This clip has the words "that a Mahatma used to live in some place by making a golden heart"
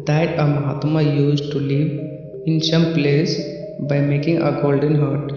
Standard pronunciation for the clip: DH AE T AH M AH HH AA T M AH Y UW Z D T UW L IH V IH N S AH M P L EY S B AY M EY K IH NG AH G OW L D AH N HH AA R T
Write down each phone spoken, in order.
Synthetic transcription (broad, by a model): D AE T AH M AH HH AA T M AH Y UW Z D T UW L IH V IH N S AH M P L EY S B AY M EY K IH NG AH G OW L D AH N HH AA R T